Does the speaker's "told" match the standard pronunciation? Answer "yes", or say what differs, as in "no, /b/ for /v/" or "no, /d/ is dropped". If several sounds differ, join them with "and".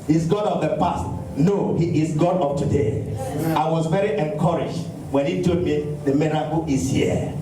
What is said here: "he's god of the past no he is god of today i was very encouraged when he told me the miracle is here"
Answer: no, /l/ is dropped